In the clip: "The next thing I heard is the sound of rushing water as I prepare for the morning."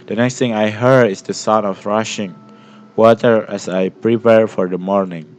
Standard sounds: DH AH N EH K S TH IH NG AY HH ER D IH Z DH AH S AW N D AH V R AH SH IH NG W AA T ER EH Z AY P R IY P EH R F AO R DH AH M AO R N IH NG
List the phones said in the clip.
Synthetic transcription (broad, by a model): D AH N EH K S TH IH NG AY HH ER D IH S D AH S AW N AH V R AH SH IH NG W AA T ER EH S AY P R IY P EH R F AO R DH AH M AO R N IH NG